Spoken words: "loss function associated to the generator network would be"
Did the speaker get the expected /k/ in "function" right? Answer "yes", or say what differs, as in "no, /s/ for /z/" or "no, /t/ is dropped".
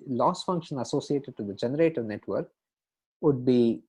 yes